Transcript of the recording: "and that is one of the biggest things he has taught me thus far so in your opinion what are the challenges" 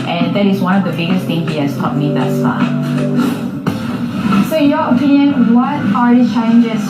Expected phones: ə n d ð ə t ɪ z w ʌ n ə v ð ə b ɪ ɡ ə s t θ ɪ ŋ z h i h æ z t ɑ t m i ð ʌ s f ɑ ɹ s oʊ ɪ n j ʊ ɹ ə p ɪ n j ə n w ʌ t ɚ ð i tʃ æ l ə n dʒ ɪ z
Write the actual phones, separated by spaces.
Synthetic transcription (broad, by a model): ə n ð ə t ɪ z w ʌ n ə v ð ə b ɪ ɡ ə s t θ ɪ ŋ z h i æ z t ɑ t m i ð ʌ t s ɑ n s oʊ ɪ j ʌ ɹ ə p ɪ n j ə n w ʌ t ɚ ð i tʃ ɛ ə n dʒ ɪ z